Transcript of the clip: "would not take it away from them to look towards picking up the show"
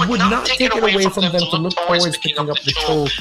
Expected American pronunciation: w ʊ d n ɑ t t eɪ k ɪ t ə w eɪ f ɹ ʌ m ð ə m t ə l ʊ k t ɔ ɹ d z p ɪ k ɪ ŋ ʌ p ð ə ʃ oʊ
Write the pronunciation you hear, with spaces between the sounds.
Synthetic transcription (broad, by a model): w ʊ d n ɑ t t eɪ k ɪ t ə w eɪ f ɹ ʌ m ð ə m t ə l ʊ k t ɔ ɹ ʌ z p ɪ ɪ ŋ ʌ p ð ə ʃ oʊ